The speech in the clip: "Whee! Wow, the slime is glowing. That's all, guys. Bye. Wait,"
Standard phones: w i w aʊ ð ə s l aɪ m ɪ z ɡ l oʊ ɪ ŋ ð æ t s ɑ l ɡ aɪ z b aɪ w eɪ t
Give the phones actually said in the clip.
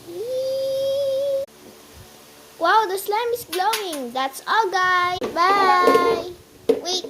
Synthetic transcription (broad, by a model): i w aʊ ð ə s l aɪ m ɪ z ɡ l oʊ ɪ ŋ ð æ t s ɑ l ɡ aɪ b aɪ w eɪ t